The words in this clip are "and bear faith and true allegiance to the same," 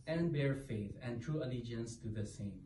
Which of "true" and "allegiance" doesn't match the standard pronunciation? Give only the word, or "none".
none